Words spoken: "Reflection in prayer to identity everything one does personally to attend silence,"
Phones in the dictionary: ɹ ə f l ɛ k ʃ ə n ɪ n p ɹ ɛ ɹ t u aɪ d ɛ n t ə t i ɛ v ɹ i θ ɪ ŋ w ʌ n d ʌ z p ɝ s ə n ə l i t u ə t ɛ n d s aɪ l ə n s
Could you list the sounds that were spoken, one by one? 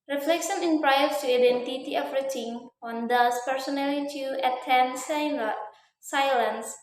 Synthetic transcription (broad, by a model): ɹ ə f l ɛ k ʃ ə n ɪ n p ɹ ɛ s t u aɪ d ɛ n t ə t i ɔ f ɹ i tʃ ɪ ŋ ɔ n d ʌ s p ɝ s ə n ə l i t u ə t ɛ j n s aɪ l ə n s